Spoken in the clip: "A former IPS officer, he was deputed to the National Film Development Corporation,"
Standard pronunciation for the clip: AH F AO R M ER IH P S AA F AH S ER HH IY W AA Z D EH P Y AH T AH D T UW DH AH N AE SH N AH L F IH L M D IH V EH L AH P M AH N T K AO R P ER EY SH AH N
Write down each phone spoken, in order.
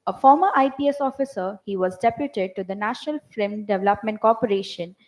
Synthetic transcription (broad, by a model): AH F AO R M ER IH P S AA F AH S ER HH IY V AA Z D EH P Y AH T AH D T UW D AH N AE SH N AH L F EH M D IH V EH L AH P M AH N T K AO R P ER EY SH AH N